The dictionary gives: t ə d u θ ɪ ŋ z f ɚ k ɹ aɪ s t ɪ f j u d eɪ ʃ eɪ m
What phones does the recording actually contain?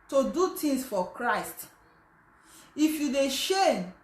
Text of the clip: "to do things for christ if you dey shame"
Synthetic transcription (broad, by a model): t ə d u t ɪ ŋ s f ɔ k ɹ aɪ s t ɪ f j u d eɪ ʃ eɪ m